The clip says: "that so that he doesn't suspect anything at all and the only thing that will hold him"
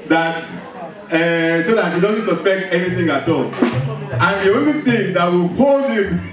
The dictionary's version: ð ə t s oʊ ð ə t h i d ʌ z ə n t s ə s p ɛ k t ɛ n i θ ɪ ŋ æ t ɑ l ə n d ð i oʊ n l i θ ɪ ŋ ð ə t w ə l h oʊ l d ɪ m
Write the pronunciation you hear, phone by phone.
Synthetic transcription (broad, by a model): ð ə t s oʊ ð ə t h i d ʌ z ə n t s ə s p ɛ k t ɛ n i θ ɪ ŋ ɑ t ɑ l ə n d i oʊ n i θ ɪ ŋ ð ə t w ə l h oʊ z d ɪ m